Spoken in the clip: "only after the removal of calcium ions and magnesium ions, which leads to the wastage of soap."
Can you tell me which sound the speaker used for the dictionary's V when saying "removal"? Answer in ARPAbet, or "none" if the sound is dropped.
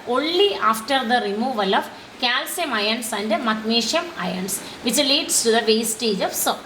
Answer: V